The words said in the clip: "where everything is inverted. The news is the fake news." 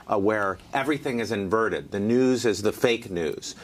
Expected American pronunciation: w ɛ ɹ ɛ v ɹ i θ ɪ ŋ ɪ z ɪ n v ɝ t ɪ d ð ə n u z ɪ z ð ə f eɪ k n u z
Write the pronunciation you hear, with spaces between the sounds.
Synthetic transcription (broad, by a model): w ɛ ɹ ɛ v ɹ i θ ɪ ŋ ɪ z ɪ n v ɝ t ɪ d ð ə n u z ɪ z ð ə f eɪ k n u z